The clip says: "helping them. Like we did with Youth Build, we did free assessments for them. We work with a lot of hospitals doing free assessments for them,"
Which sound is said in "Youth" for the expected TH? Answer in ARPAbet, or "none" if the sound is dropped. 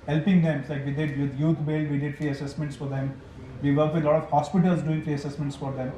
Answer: T